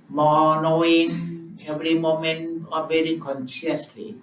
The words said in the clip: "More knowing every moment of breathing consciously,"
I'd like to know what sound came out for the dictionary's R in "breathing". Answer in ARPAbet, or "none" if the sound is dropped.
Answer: none